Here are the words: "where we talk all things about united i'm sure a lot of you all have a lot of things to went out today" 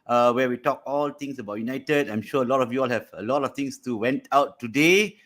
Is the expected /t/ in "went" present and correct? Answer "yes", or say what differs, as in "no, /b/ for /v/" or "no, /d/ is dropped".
yes